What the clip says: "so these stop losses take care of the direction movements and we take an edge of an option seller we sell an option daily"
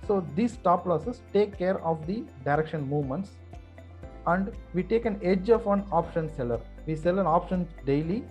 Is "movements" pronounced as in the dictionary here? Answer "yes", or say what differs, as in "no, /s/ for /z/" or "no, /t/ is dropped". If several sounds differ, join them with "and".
yes